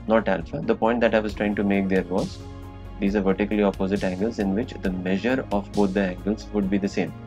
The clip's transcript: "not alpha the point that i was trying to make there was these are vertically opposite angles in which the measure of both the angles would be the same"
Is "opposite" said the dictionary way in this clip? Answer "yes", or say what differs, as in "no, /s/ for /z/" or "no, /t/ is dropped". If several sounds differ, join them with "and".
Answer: yes